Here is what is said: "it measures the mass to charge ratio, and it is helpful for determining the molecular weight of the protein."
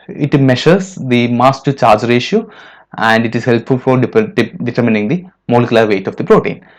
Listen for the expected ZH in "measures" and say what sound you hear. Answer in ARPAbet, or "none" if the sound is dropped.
SH